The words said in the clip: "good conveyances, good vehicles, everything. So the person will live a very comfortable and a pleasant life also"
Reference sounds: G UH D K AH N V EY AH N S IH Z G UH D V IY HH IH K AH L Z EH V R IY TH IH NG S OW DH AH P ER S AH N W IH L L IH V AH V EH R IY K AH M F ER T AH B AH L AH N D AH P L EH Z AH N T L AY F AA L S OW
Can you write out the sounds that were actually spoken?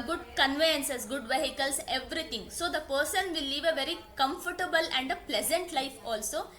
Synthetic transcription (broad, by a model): G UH D K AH N V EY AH N S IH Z G UH D V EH HH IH K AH L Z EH V R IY T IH NG S OW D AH P ER S AH N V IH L L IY V AH V EH R IY K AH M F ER T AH B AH L AH N D AH P L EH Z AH N T L AY F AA L S OW